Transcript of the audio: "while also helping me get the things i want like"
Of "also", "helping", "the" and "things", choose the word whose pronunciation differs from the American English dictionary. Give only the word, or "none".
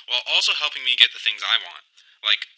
none